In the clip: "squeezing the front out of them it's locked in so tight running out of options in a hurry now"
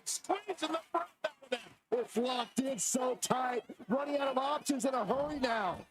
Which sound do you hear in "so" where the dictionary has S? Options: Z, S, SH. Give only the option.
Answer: S